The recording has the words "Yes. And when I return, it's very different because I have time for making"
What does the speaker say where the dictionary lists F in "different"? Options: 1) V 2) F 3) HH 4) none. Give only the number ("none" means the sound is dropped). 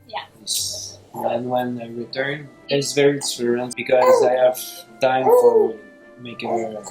4